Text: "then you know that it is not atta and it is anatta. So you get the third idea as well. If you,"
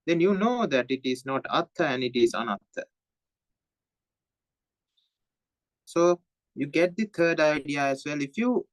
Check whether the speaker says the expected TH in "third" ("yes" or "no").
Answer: no